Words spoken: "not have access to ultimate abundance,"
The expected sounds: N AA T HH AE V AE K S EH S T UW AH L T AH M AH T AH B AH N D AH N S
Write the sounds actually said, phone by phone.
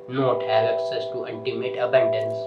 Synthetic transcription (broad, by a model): N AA T HH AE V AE K S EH S T UW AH N T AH M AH T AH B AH N D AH N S